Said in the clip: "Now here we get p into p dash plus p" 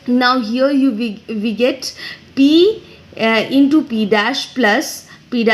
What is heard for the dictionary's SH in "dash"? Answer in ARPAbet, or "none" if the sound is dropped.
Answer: SH